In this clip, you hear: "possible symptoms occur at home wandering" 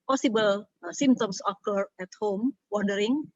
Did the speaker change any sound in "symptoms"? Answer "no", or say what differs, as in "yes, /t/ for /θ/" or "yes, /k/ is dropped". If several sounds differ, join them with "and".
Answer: yes, /p/ is dropped and /s/ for /z/